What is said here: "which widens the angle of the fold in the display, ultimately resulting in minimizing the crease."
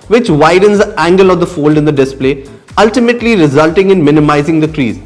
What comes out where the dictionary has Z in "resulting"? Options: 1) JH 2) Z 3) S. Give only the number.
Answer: 2